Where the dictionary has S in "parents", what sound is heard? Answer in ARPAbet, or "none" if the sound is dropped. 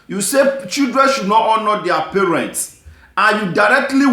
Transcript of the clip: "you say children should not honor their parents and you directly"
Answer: S